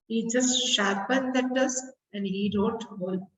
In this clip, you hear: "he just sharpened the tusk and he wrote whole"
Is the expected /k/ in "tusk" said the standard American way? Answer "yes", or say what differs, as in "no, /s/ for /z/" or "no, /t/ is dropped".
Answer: no, /k/ is dropped